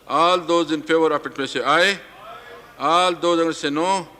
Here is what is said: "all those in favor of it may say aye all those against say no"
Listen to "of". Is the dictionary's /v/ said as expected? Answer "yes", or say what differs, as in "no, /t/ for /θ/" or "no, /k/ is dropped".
no, /p/ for /v/